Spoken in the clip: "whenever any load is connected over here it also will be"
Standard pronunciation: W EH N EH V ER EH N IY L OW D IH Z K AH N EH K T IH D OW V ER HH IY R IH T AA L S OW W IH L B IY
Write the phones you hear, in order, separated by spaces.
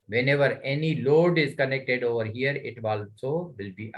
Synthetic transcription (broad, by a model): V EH N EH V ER EH N IY L OW D IH Z K AH N EH K T IH D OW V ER HH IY R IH T AA L S OW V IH L B IY